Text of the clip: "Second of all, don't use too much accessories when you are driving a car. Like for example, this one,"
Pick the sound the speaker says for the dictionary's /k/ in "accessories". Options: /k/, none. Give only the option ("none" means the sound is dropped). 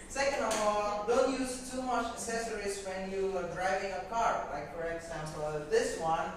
none